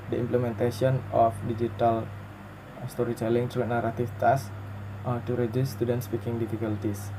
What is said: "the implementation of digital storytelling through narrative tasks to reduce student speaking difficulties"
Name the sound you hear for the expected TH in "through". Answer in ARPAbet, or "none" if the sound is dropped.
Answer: T